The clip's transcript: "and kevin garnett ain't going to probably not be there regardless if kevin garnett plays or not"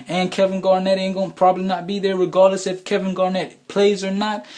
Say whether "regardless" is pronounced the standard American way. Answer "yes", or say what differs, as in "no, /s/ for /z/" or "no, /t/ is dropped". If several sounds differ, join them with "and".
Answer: yes